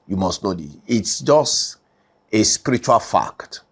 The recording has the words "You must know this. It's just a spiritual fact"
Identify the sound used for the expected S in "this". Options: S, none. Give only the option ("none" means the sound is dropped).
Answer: none